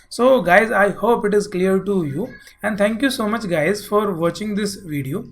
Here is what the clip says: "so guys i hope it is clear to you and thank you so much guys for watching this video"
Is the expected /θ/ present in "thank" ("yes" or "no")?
no